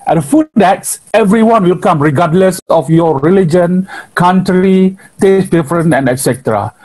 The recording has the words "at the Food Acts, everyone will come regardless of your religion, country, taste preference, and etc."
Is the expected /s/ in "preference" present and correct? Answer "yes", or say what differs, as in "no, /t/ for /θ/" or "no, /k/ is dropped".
no, /s/ is dropped